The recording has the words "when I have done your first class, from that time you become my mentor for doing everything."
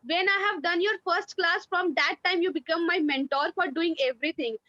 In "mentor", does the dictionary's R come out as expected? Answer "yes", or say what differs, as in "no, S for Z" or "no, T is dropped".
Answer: yes